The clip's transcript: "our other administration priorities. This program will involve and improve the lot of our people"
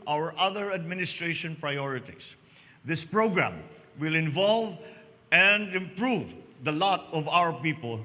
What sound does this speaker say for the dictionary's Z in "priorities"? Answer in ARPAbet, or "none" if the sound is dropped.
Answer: S